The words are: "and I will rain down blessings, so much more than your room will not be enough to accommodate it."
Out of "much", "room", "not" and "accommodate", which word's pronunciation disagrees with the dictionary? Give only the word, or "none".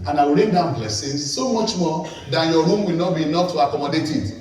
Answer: none